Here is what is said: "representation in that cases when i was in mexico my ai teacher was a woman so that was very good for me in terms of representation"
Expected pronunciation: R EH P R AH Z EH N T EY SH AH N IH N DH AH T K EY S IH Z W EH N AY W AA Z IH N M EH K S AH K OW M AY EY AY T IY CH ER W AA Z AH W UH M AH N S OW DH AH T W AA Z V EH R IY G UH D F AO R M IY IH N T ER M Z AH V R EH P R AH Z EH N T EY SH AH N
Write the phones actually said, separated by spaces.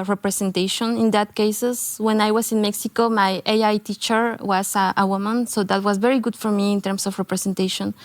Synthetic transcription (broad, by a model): R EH P R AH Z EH N T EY SH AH N IH N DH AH T K EY S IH S W EH N AY W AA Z IH N M EH K S AH K OW M AY EY AY T IY CH ER W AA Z AH W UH M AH N S OW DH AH T W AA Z V EH R IY G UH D F AO R M IY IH N T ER M S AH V R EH P R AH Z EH N T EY SH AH N